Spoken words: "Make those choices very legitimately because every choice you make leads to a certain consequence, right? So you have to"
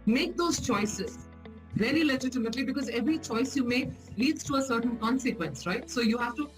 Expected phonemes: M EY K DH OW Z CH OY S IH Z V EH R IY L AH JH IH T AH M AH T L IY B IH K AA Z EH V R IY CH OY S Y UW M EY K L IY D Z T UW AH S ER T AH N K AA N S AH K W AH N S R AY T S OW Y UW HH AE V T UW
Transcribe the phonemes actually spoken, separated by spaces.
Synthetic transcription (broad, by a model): M EY K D OW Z CH OY S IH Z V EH L IY L AH JH IH T AH M AH T L IY B IH K AA Z EH V R IY CH OY S Y UW M EY K L IY D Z T UW AH S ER T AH N K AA N S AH K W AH N S R AY T S OW Y UW HH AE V T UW